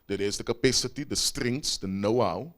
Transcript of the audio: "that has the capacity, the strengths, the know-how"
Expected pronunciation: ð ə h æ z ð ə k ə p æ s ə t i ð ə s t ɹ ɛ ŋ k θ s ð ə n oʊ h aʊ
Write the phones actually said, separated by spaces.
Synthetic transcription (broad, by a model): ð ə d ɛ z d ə k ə p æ s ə t i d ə s t ɹ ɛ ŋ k t s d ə n oʊ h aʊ